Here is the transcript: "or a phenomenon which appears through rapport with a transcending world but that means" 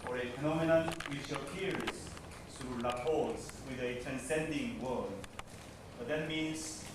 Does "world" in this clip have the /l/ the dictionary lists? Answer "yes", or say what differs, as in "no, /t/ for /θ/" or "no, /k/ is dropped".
no, /l/ is dropped